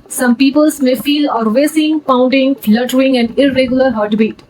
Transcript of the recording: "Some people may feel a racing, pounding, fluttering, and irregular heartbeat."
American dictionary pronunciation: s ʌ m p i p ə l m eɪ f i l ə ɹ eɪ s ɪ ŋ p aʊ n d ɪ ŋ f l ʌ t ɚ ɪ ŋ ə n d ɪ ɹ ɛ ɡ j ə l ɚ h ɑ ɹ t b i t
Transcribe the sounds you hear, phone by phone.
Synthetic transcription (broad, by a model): s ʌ m p i p ə l m eɪ f i l ə ɹ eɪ s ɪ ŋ p aʊ n d ɪ ŋ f l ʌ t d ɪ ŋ ə n d ɪ ɹ ɛ ɡ j ə l ɚ h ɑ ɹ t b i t